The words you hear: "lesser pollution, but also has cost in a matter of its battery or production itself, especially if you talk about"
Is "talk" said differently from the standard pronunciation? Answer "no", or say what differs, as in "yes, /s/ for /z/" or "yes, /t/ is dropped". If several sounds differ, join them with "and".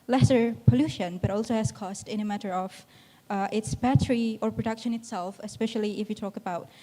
no